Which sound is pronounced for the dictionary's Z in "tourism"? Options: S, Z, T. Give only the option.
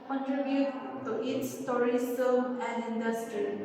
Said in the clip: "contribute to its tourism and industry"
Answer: S